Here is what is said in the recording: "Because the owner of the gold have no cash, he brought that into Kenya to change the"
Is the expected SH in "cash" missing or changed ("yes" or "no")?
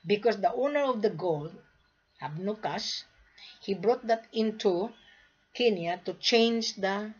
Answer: yes